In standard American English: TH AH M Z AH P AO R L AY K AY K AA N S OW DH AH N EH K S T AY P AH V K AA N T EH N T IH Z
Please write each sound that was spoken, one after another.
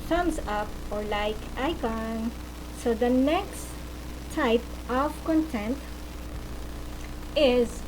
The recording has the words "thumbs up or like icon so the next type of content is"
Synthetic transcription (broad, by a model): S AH M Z AH P AO R L AY K AY K AA N S OW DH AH N EH K S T AY P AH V K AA N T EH N T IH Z